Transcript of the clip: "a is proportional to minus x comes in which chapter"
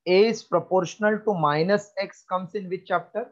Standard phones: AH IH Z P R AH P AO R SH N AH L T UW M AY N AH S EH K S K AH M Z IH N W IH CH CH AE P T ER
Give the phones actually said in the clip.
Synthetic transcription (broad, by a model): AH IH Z P R AH P AO R SH N AH L T UW M AY N AH S EH K S K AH M S IH N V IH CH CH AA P T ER